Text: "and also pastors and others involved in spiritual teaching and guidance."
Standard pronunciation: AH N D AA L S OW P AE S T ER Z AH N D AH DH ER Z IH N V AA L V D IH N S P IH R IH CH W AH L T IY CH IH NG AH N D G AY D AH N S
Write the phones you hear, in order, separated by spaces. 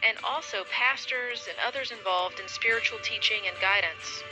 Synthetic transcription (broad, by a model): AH N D AA L S OW P AE S T ER Z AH N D AH DH ER Z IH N V AA L V D IH N S P IH R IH CH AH L T IY CH IH NG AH N G AY D N S